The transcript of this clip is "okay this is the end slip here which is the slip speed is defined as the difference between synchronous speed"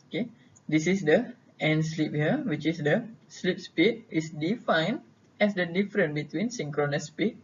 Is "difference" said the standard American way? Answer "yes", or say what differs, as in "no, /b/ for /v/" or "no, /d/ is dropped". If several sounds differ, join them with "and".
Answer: no, /s/ is dropped